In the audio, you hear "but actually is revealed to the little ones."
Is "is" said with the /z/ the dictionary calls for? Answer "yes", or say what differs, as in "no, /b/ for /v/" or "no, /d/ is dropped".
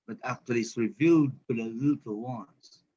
no, /s/ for /z/